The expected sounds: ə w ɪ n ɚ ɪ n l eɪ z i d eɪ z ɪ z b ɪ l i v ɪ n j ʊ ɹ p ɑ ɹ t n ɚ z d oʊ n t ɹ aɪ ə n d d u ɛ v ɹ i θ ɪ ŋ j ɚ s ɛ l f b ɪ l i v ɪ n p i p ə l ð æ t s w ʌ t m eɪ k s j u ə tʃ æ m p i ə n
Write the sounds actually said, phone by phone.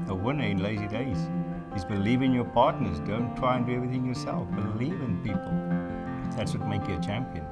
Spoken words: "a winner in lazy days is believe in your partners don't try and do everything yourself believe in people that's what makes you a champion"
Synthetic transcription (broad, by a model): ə w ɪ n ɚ ɪ n l eɪ z i d eɪ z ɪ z b ɪ l i v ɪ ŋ j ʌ ɹ p ɑ ɹ t n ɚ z d oʊ n t ɹ aɪ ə n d d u ɛ v ɹ i θ ɪ ŋ j ɚ s ɛ l f b ɪ l i v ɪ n p i p ə l ð æ t s w ʌ t m eɪ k j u ə tʃ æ m p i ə n